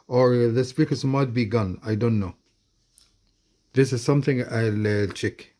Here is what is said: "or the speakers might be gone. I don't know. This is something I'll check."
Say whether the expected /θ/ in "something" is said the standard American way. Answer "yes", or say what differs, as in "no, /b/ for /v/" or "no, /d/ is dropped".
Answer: yes